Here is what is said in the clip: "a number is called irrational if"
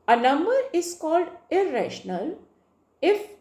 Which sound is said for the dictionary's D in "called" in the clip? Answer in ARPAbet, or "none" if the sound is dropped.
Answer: D